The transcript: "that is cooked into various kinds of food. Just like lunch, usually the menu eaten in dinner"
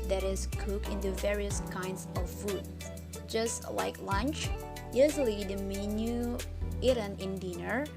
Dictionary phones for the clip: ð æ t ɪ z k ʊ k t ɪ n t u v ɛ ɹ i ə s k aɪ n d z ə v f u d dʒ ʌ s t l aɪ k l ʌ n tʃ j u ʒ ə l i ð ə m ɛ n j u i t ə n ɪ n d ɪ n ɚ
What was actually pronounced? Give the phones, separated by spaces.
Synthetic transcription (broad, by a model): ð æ t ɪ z k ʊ k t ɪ n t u v ɛ ɹ i ə s k aɪ n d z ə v f u d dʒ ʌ s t l aɪ k l ʌ n tʃ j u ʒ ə l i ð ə m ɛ n j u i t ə n ɪ n d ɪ n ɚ